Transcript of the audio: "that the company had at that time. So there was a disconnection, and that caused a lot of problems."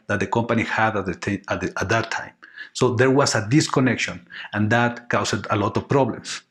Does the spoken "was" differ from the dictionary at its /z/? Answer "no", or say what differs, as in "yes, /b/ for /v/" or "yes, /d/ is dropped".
yes, /s/ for /z/